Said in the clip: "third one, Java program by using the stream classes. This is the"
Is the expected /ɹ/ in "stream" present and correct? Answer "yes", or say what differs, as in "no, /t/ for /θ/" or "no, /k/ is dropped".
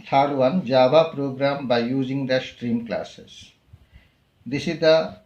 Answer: yes